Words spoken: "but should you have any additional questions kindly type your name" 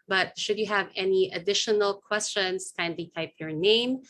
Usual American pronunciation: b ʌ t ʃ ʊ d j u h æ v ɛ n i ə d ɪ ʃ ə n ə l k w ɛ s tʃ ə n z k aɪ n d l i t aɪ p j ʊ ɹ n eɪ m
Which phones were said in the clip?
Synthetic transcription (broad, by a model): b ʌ t ʃ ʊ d j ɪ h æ v ɛ n i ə d ɪ ʃ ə n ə l k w ɛ s tʃ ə n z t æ n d i t aɪ p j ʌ ɹ n eɪ m